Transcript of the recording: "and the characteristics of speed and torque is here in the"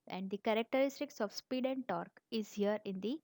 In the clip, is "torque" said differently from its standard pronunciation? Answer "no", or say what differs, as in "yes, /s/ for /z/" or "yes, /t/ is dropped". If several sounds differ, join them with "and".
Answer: no